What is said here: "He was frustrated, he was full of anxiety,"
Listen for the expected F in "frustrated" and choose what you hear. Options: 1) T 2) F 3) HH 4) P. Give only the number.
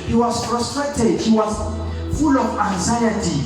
4